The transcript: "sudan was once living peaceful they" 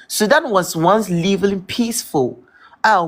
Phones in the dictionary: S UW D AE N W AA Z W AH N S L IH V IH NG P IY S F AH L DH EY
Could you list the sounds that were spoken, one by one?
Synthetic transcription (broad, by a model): S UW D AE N W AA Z W AH N S L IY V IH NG P IY S F AH L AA